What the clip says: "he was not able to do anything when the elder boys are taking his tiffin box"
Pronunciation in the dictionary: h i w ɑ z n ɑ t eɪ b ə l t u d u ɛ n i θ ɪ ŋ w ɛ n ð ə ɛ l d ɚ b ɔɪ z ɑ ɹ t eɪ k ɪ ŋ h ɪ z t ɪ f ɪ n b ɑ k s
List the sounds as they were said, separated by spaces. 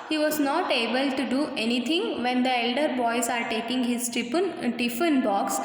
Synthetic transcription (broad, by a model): h i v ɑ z n ɑ t eɪ b ə l t u d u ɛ n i t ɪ ŋ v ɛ n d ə ɛ l d ɚ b ɔɪ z ɑ ɹ t eɪ k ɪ ŋ h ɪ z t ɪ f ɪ n b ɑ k s